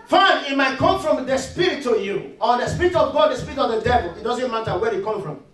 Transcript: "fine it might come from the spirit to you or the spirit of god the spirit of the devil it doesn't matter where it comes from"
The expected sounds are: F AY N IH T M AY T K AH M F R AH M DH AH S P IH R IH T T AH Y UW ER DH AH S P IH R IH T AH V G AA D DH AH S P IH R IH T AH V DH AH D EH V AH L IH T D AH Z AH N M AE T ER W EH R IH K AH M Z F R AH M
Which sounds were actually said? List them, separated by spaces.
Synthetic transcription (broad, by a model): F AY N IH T M AY T K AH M F R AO M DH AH S P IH R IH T T AH Y UW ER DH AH S P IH R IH T AH V G AA D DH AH S P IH R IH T AH V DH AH D EH V AH L IH T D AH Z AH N M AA T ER W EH IH K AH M F R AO M